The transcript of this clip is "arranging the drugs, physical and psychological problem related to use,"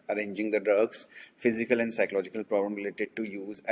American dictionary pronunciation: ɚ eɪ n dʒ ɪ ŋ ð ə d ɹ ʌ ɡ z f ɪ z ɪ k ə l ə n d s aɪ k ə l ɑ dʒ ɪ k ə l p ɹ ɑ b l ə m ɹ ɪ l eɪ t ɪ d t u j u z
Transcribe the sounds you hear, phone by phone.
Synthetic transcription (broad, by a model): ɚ eɪ n dʒ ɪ ŋ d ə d ʌ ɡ s f ɪ z ɪ k ə l ə n d s aɪ k ə l ɑ dʒ ɪ k ə l p ɹ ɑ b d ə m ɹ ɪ l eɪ t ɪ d t u j u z